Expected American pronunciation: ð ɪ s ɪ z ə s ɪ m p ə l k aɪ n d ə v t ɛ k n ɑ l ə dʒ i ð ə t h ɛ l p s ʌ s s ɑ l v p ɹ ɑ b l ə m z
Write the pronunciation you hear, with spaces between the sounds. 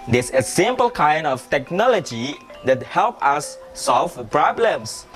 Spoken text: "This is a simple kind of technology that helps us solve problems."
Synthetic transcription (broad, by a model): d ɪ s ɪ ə s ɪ m p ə l k aɪ n d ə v t ɛ k n ɑ l ə dʒ i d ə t h ɛ l p ʌ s s ɑ l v p ɹ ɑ b l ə m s